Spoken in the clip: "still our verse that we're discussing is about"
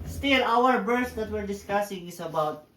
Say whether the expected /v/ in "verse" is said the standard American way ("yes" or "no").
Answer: no